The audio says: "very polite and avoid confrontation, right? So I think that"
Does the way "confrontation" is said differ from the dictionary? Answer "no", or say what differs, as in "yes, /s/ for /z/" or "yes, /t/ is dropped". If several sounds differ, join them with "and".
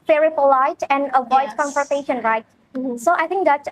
yes, /ɹ/ is dropped